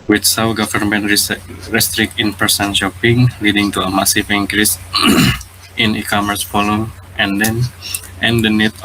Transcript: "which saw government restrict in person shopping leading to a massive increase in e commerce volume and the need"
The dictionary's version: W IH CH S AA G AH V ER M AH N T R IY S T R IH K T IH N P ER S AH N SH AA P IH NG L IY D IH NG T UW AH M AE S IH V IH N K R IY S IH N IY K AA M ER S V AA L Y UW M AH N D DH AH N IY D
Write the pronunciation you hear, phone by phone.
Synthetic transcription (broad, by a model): W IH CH S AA G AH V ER M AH N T R IY S T R IH K T IH N P ER S AH N SH AA P IH NG L IY D IH NG T UW AH M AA S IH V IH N K R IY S IH N IY K AA M ER S F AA L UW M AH N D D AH N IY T